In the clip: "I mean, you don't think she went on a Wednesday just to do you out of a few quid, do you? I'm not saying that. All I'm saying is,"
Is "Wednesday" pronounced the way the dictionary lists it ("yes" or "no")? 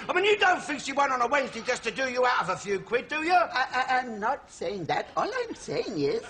yes